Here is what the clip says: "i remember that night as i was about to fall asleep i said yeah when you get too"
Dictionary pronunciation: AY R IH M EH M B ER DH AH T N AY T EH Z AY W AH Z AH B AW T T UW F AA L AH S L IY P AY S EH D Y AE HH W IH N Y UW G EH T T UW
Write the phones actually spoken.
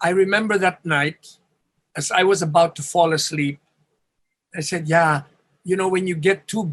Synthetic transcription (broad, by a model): AY R IH M EH M B ER DH AH T N AY T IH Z AY W AH Z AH B AW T T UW F AA L AH S L IY P AY S EH D Y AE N W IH N Y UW G EH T T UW